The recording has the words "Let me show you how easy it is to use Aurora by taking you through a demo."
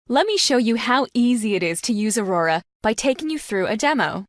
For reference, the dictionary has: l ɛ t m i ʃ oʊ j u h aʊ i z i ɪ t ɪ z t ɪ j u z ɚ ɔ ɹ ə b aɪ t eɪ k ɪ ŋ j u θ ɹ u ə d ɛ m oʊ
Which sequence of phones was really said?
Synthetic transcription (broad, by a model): l ɛ t m i ʃ oʊ j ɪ h aʊ i z i ɪ t ɪ z t ɪ j u z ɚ ɔ ɹ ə b aɪ t eɪ k ɪ ŋ j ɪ θ ɹ u ə d ɛ m oʊ